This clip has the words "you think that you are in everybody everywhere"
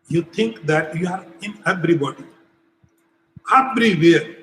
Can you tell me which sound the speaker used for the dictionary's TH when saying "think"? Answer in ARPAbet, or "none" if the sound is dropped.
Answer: T